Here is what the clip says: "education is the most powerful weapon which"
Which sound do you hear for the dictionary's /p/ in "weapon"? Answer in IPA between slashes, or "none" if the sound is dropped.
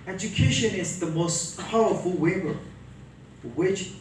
/b/